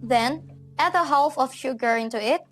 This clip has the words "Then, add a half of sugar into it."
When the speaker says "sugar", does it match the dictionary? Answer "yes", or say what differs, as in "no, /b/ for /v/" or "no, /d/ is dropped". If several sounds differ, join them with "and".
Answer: yes